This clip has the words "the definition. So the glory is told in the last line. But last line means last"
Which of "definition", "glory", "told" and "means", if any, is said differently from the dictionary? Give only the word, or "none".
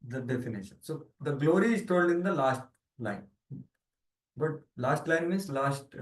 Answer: means